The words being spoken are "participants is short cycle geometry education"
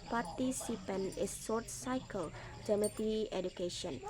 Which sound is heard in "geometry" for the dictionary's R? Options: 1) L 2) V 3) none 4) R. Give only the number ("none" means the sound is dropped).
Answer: 3